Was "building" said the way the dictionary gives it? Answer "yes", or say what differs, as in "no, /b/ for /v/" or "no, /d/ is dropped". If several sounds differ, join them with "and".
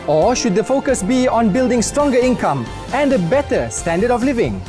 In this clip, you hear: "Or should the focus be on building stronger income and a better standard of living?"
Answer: yes